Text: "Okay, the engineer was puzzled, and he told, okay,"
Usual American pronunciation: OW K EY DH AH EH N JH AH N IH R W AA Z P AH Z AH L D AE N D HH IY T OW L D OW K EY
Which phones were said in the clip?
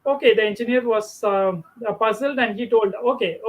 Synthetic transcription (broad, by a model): OW K EY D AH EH N JH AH N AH R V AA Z P AH Z AH L D AE N D HH IY T OW L D OW K EY